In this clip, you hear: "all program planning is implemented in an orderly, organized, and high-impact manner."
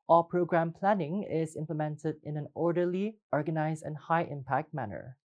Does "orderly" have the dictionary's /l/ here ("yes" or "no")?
yes